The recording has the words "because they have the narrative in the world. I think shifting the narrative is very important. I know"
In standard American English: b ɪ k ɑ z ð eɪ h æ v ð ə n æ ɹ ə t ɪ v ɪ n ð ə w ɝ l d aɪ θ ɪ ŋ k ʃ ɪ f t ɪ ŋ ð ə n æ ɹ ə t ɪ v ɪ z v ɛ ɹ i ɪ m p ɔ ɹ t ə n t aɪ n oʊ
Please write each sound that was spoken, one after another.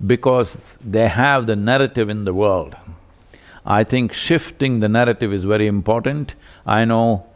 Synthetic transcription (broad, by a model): b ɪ k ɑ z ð eɪ h æ v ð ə n æ ɹ ə t ɪ v ɪ n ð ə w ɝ l d aɪ t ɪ ŋ k ʃ ɪ f t ɪ ŋ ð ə n æ ɹ ə t ɪ v ɪ z v ɛ ɹ i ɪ m p ɔ ɹ t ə n t aɪ n oʊ